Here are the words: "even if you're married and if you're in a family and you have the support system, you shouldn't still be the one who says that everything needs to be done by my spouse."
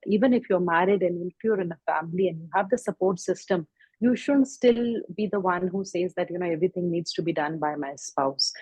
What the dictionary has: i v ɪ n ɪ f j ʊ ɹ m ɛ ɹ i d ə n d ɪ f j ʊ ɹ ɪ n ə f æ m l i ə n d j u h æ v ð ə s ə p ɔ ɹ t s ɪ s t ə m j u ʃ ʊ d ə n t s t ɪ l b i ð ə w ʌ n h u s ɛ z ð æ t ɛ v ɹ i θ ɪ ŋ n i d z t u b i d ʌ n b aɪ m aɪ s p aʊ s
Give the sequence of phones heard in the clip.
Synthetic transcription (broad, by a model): i v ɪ n ɪ f j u ɹ m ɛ ɹ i d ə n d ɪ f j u ɹ ɪ n ə f æ m l i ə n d j u h æ v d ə s ə p ɔ ɹ t s ɪ s t ə m j u ʃ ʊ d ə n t s t ɪ l b i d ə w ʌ n h u s ɛ z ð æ t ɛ v ɹ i t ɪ ŋ n i d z t u b i d ʌ n b aɪ m aɪ s p aʊ s